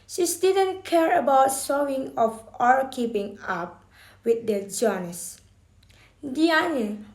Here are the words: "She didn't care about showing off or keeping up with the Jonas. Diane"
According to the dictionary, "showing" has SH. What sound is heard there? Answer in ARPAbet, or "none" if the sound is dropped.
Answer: S